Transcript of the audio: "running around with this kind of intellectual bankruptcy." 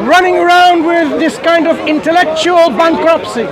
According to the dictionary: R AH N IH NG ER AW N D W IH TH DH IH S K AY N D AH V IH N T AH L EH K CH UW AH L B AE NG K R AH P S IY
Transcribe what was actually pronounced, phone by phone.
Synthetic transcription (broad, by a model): R AH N IH NG ER AW N D W IH DH IH S K AY N D AH V IH N T AH L EH K CH UW AH L B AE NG K R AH P S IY